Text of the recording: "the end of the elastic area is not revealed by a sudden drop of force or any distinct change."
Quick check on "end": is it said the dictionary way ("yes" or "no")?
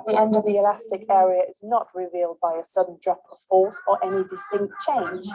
yes